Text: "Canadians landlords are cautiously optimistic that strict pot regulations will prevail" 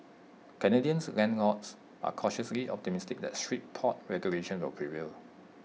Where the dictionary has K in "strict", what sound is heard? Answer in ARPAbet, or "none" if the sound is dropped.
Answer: none